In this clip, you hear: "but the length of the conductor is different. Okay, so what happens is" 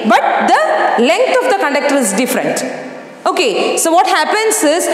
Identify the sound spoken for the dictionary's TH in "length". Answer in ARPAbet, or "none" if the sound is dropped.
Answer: T